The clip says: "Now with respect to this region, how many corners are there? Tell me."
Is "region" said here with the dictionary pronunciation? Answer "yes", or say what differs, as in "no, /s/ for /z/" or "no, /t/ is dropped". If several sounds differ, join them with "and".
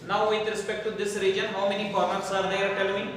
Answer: yes